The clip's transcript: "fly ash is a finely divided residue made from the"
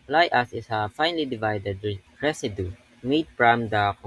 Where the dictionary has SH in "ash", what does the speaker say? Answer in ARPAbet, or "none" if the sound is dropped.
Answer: S